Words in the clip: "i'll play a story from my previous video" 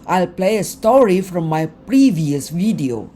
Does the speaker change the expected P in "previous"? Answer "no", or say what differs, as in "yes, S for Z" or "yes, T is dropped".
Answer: no